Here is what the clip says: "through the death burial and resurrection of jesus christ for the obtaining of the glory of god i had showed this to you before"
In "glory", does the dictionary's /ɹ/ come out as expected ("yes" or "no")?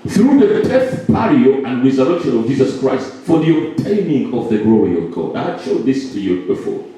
yes